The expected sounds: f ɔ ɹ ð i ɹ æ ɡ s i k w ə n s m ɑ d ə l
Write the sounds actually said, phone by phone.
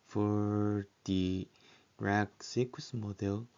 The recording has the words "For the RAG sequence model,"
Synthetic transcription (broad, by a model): f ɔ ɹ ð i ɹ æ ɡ s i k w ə s m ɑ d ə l